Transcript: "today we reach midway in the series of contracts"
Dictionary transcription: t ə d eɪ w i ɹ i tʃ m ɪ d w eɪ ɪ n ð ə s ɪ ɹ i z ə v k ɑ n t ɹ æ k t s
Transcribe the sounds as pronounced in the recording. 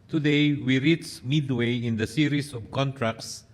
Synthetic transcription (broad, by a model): t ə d eɪ w i ɹ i s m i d w eɪ ɪ n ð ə s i ɹ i s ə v k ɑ n t ɹ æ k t s